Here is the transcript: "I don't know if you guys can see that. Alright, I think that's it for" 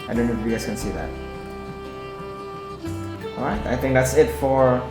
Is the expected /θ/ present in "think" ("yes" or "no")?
yes